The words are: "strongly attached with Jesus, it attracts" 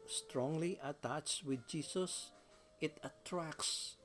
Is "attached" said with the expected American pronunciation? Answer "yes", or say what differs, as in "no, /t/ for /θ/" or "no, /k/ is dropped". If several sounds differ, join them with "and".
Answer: yes